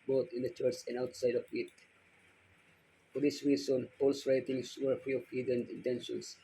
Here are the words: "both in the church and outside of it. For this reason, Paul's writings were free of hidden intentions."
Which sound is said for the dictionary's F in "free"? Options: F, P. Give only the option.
P